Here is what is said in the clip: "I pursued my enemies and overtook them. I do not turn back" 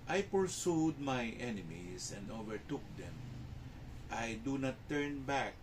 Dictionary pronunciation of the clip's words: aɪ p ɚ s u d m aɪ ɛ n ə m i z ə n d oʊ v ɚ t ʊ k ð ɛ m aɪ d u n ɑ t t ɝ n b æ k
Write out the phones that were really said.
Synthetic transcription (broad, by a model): aɪ p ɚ s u d m aɪ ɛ n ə m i s ə n d oʊ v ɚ t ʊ k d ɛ m aɪ d u n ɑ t t ɝ n b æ k